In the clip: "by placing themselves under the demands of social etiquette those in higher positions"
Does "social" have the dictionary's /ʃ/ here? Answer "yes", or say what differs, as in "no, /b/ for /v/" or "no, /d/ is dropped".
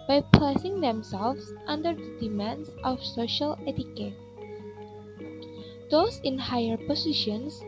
yes